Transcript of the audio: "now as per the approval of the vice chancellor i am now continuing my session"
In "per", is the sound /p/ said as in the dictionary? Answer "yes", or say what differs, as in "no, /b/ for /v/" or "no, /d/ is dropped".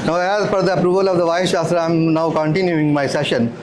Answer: no, /f/ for /p/